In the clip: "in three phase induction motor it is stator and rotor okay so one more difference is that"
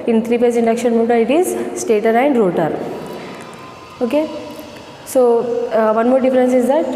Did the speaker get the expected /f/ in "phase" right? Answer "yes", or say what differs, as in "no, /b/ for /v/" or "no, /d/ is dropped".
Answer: no, /p/ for /f/